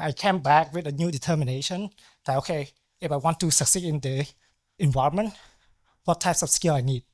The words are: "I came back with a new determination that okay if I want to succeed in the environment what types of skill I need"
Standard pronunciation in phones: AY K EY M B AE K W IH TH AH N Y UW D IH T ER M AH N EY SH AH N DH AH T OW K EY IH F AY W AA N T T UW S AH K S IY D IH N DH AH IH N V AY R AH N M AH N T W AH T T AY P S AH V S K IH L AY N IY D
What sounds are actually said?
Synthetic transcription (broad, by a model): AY K EY M B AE K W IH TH AH N Y UW D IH T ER M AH N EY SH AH N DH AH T OW K EY IH F AY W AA N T T UW S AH K S IY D IH N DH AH IH N V AY R AH N M AH N T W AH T T AY P S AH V S K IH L AY N IY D